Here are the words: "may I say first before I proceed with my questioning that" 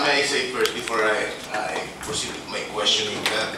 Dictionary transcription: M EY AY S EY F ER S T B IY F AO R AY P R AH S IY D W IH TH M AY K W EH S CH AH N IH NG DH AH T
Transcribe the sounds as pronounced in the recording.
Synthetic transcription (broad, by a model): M AY S EY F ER T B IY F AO R AY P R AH S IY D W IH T M AY K W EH S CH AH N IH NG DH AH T